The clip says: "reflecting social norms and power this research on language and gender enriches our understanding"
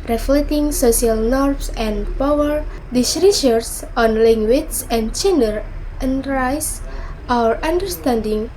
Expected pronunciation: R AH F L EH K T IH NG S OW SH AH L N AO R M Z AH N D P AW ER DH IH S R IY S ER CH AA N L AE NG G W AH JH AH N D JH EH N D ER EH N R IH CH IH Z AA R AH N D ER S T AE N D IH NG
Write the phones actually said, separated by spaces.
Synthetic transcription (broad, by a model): R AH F L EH T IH NG S OW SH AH L N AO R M S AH N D P AW ER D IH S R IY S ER S AA N L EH NG G W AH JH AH N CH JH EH N D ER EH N R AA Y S AA R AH N D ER S T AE N D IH NG